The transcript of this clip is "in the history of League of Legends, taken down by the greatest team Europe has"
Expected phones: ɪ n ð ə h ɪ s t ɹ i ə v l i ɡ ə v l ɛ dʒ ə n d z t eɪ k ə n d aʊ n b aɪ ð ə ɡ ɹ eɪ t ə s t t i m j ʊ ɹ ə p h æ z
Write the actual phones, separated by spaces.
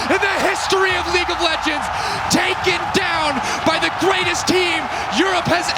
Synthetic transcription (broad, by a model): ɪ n ð ə h ɪ s t ɹ i ə v l i ɡ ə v l ɛ dʒ ə n d z t eɪ k ə n d aʊ n b aɪ ð ə ɡ ɹ eɪ t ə s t t i m j ʊ ɹ ə p h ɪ z